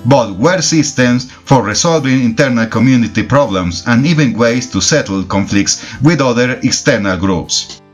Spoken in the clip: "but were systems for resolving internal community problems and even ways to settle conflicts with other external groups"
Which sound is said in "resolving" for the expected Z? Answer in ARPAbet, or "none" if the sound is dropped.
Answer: S